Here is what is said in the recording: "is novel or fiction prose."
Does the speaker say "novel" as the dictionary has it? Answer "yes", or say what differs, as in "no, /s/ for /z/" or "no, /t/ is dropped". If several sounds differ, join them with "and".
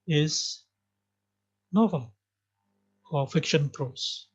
yes